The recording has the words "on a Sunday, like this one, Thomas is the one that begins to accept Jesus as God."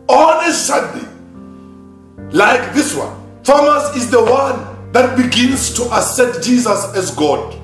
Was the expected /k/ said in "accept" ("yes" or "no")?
no